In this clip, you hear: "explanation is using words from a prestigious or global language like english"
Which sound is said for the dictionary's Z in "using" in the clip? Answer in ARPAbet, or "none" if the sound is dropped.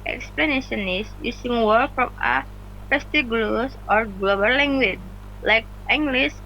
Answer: S